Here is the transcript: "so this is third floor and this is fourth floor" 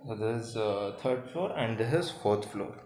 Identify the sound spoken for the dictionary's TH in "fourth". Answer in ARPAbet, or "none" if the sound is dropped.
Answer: T